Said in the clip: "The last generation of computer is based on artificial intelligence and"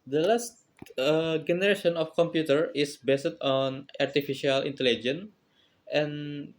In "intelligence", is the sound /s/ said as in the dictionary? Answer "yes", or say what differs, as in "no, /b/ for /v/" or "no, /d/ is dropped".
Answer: no, /s/ is dropped